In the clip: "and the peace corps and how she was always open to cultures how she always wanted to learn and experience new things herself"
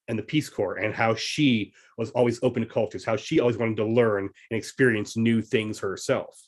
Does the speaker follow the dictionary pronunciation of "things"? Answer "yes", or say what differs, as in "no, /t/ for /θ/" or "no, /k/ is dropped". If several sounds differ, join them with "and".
yes